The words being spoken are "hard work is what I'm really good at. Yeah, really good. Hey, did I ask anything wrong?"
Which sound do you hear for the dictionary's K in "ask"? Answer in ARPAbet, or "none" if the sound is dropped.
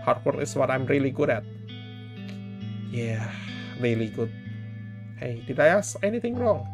none